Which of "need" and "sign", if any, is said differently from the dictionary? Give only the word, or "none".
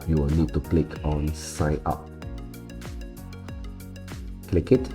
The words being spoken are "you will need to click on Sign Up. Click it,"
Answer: sign